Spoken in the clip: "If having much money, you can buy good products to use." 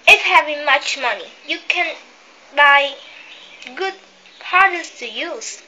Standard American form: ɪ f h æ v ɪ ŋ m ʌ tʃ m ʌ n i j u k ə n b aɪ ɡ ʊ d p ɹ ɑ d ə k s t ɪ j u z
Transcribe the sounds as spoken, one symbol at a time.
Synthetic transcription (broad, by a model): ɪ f h æ v ɪ ŋ m ʌ tʃ m ʌ n i j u k ə n b aɪ ɡ ʊ d p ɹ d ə s t ɪ j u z